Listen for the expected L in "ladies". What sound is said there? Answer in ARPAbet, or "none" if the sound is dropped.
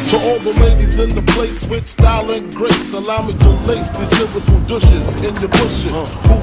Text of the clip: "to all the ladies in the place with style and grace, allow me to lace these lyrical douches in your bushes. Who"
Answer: L